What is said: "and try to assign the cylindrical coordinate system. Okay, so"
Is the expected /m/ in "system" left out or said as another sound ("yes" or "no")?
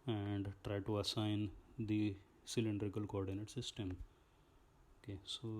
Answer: no